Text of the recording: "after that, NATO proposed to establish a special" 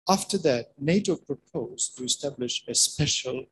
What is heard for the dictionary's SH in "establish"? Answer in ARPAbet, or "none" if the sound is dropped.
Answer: SH